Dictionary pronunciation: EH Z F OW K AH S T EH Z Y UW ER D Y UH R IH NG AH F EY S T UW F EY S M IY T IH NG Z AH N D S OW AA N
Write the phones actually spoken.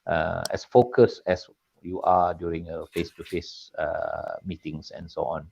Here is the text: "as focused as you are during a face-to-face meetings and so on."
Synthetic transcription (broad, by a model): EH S F OW K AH S EH S Y UW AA D Y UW R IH NG AH F EY S T UW F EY S M IY T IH NG S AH N S OW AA N